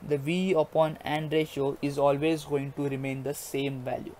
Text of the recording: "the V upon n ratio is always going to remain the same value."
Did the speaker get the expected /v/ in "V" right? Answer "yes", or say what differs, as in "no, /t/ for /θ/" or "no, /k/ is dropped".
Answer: yes